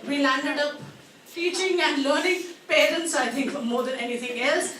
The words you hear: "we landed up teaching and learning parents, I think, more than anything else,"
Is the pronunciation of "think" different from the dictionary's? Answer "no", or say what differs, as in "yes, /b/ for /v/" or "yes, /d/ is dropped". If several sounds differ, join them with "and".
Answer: yes, /t/ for /θ/